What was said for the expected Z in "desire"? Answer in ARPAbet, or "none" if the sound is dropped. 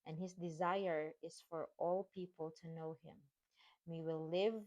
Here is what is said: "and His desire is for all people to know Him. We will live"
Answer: Z